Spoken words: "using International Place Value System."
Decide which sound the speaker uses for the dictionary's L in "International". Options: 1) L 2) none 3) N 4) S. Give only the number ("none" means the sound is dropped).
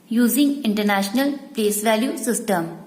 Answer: 1